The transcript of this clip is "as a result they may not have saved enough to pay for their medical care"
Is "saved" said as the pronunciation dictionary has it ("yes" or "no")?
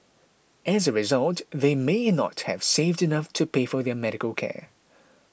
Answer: yes